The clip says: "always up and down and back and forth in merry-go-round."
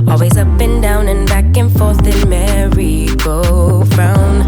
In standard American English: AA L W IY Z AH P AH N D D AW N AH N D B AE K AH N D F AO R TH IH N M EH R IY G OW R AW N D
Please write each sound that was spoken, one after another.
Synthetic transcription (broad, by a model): AA L W IY Z AH P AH N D D AW N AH N B AE K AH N F AO R TH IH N M EH R IY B OW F AW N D